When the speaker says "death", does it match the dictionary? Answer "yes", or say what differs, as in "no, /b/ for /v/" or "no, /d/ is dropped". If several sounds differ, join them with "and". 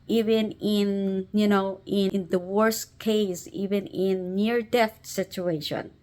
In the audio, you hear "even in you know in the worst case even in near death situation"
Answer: no, /t/ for /θ/